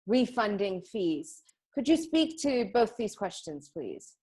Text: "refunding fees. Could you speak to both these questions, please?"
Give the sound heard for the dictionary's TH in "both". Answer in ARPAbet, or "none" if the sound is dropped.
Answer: TH